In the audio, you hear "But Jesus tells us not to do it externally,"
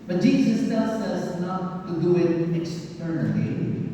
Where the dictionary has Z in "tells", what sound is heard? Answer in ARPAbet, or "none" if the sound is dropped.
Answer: S